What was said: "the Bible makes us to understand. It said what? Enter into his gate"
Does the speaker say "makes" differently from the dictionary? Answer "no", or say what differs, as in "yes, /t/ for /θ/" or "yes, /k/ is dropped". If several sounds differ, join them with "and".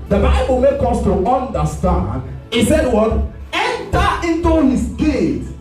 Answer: yes, /s/ is dropped